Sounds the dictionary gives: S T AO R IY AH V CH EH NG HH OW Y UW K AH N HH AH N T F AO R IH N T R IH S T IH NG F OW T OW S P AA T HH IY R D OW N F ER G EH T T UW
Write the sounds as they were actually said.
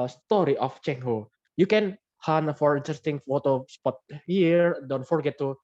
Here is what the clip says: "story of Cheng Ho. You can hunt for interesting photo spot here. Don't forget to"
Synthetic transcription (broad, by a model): S T AO R IY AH F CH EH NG HH OW Y UW K AH N HH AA N F AO R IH N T R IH S T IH NG F OW T OW S P AA T HH IY R D OW N F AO G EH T T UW